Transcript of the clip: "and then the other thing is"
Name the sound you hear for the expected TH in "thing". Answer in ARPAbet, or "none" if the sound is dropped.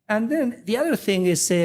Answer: TH